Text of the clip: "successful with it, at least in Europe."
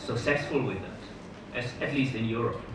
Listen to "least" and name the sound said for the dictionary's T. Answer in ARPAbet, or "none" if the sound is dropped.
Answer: T